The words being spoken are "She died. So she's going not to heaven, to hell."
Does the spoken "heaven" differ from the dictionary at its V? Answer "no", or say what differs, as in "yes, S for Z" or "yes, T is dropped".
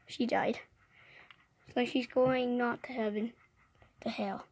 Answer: yes, B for V